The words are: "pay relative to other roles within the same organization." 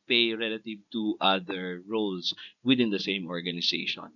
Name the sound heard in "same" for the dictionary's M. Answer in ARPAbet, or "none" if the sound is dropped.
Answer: M